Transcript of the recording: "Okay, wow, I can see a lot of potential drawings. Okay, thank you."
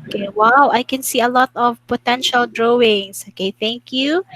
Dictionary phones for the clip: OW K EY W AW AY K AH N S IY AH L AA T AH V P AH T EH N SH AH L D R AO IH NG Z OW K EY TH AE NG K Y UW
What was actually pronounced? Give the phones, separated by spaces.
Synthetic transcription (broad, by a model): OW K EY W AW AY K AH N S IY AH L AA T AH V P AH T EH N SH AH L D R AO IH NG S OW K EY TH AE NG K Y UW